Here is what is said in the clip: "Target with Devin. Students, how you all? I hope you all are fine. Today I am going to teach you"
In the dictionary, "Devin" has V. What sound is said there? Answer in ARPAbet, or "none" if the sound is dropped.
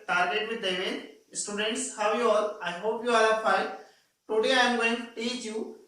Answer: none